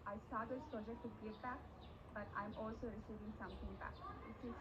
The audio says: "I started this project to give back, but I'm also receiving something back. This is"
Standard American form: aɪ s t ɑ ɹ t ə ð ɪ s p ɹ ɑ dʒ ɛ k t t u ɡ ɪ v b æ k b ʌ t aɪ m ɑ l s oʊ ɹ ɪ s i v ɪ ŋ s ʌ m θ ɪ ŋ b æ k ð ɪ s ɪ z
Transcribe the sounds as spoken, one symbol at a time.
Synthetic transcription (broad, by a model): aɪ s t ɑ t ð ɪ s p ɹ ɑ dʒ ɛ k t t u ɡ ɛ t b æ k b ʌ t aɪ m ɑ l s oʊ ɹ ɪ s i v ɪ ŋ s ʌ m t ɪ ŋ b æ k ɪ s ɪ